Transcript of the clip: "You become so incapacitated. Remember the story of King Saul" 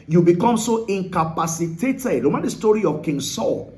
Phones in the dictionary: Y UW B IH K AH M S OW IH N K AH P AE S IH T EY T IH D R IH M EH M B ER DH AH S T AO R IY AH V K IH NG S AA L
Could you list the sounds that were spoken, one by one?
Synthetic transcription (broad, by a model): Y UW B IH K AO M S OW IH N K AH P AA S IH T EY T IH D L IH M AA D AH S T AO R IY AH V K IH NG S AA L